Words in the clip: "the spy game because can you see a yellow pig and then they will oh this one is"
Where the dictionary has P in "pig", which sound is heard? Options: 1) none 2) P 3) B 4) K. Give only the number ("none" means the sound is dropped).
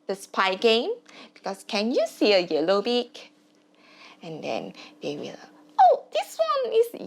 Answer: 3